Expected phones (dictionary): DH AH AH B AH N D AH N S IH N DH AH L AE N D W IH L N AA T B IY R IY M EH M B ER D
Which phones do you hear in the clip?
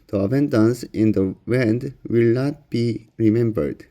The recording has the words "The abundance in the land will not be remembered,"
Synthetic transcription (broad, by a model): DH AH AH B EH N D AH N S IH N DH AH W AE N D W IH L N AA T B IY R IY M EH M B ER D